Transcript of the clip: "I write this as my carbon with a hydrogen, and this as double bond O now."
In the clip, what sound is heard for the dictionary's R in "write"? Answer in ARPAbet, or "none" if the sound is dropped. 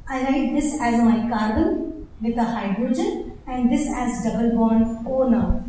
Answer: L